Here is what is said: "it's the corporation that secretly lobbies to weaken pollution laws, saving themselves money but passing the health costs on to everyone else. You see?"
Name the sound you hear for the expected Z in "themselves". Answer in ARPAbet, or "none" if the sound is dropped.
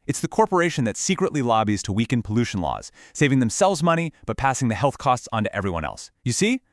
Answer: Z